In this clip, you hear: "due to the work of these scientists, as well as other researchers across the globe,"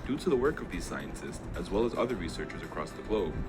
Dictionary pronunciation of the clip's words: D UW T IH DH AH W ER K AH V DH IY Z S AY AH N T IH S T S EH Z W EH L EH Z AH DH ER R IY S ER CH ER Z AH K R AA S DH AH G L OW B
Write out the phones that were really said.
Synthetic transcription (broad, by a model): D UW T IH DH AH W ER K AH V DH IY Z S AY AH N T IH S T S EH Z W EH L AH Z AH DH ER R IY S ER CH ER Z AH K R AA S DH AH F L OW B